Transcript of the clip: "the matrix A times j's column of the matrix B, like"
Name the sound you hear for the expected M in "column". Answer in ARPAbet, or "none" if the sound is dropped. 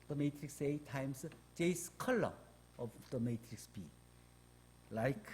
none